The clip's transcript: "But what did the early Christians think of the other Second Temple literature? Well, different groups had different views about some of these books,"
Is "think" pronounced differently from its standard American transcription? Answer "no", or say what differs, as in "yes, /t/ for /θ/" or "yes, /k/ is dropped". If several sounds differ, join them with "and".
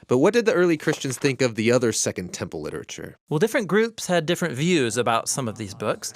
no